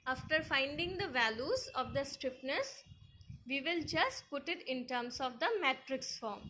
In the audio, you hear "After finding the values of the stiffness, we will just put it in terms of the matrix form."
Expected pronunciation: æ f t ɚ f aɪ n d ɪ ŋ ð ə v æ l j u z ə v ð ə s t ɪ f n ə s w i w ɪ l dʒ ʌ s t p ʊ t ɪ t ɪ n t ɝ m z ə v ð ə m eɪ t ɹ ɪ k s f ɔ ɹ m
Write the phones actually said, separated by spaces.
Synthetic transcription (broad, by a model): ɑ f t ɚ f aɪ n d ɪ ŋ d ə v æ l j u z ə v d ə s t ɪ p n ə s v i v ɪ l dʒ ʌ s t p ʊ t ɪ t ɪ n t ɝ m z ə v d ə m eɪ t ɹ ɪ k s f ɔ ɹ m